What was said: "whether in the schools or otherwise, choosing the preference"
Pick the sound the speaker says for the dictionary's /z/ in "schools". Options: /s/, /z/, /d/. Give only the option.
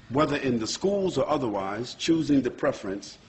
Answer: /z/